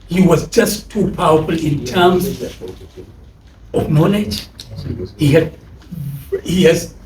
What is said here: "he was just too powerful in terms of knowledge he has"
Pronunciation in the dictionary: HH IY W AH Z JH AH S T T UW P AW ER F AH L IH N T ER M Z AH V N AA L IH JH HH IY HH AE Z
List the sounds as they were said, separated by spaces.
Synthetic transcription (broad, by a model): HH IY W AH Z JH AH S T T UW P AW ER F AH L IH N T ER M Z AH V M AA N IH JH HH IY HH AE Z